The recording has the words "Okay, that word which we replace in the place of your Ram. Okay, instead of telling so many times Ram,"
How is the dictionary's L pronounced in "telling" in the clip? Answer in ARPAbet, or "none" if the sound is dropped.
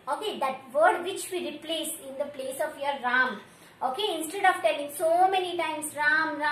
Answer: L